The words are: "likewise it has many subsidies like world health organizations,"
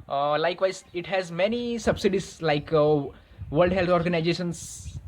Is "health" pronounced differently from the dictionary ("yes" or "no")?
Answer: yes